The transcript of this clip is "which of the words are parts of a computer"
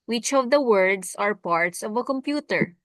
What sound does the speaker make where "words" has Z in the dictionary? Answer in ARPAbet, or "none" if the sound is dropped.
S